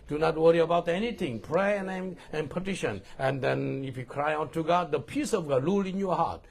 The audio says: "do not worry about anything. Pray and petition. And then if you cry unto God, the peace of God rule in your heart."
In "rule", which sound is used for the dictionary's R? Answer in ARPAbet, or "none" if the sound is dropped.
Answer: L